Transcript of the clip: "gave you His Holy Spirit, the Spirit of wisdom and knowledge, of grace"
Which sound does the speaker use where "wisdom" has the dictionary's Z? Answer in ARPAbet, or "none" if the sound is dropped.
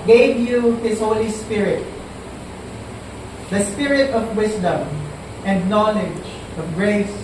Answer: S